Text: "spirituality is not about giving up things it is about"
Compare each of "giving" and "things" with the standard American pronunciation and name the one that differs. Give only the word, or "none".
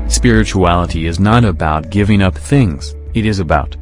none